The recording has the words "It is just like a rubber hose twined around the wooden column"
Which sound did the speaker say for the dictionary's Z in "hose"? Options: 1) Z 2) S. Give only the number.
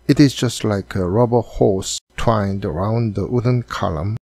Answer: 2